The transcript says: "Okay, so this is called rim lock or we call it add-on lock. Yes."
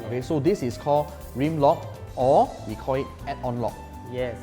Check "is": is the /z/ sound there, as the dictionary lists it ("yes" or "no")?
no